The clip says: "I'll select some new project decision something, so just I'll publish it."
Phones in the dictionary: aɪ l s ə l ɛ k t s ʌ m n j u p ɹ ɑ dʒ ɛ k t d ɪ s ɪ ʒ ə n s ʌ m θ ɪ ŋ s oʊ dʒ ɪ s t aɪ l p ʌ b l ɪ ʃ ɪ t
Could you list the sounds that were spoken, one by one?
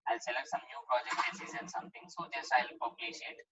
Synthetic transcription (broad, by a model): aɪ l s ə l ɛ k t s ʌ m n j u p ɹ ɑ dʒ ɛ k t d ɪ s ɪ z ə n s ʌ m t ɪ ŋ s oʊ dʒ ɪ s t aɪ l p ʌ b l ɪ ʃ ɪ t